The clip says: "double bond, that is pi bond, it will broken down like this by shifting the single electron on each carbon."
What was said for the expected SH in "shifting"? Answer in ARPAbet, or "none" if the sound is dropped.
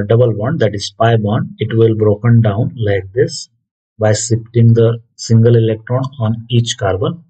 S